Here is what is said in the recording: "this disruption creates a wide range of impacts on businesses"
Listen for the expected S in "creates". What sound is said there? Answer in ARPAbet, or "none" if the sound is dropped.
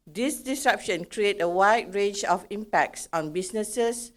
none